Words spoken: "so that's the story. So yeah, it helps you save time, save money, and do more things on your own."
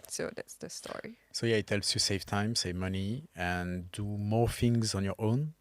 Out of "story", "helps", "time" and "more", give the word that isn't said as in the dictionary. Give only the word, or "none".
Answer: helps